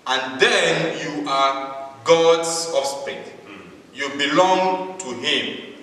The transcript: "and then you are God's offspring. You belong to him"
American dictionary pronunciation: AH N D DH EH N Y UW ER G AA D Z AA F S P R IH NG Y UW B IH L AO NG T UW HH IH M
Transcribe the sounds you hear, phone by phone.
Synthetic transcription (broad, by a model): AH N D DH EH N Y UW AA G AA D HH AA S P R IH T Y UW B IH L AO NG T UW HH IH M